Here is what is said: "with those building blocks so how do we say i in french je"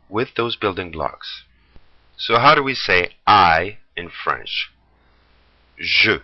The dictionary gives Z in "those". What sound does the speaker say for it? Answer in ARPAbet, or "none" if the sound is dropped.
Z